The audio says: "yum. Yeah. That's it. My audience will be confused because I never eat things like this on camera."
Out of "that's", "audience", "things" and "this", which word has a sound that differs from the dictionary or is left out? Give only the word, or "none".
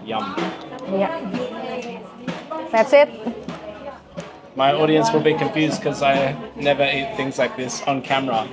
none